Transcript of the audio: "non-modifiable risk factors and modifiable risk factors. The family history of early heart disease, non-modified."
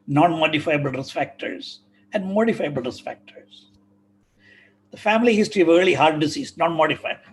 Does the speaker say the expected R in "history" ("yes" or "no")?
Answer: no